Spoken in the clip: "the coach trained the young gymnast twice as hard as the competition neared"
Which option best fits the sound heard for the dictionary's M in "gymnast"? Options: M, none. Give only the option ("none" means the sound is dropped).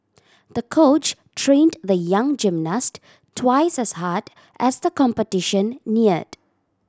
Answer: M